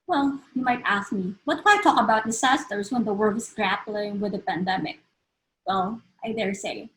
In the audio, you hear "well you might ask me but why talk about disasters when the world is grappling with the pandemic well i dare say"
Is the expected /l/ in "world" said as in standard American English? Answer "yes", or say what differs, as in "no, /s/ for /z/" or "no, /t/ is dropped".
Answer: no, /l/ is dropped